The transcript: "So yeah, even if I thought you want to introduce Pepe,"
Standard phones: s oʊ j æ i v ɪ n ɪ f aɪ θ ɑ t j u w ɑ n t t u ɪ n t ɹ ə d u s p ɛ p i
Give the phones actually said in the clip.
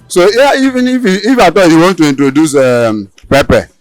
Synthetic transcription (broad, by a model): s oʊ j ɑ i v ɪ n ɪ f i f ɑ t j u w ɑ n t t u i n t ɹ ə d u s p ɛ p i